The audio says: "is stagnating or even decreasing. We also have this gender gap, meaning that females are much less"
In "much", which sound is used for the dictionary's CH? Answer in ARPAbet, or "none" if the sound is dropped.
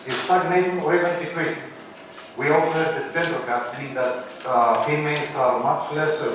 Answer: CH